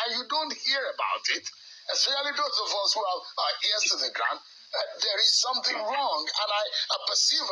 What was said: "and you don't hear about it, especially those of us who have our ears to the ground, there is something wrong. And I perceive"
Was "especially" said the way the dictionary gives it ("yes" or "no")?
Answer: no